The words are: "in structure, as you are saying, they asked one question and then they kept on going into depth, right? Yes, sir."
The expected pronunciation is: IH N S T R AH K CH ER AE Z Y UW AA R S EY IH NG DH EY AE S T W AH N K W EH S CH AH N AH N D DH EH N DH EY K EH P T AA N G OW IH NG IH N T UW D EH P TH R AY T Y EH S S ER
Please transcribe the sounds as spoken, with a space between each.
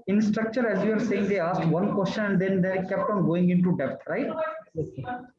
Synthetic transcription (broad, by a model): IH N S T R AH K CH ER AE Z Y UW AA R S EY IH NG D EY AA S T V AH N K W EH S CH AH N AH N D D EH N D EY K EH P T AA N G OW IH NG IH N T UW D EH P T R AY T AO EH